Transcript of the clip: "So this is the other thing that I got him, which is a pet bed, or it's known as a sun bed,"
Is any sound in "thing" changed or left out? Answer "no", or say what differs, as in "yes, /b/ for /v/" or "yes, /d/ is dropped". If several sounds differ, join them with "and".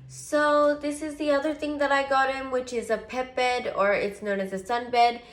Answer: no